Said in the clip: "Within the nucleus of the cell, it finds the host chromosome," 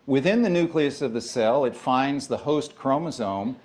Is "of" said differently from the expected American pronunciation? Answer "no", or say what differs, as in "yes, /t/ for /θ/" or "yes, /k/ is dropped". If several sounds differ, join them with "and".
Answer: no